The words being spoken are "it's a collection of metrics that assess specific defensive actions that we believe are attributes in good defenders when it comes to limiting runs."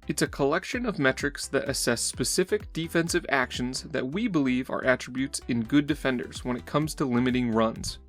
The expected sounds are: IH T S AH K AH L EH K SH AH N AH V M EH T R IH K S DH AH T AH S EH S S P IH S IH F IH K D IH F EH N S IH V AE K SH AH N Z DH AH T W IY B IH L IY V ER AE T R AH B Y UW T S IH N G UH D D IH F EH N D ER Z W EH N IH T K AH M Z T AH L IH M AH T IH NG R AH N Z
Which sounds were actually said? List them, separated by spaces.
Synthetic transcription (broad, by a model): IH T S AH K AH L EH K SH AH N AH V M EH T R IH K S DH AH T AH S EH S S P IH S IH F IH K D IH F EH N S IH V AE K SH AH N Z DH AH T W IY B IH L IY V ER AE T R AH B Y UW T S IH N G UH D D IH F EH N D ER Z W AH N IH T K AH M Z T AH L IH M AH T IH NG R AH N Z